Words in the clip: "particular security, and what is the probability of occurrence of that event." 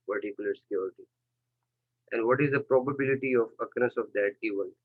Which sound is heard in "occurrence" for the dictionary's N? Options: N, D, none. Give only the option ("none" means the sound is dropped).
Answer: none